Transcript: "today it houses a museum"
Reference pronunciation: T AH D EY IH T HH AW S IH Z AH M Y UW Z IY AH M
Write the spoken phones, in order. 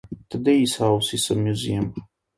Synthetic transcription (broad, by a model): T AH D EY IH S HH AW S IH S AH M Y UW Z IY AH M